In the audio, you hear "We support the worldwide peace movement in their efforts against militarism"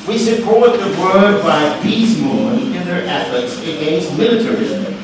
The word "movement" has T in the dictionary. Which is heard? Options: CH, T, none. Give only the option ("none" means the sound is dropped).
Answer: none